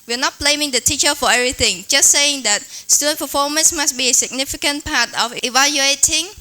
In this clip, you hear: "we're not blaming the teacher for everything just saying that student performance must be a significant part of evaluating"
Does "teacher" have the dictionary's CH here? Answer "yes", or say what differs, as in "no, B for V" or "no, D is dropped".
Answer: yes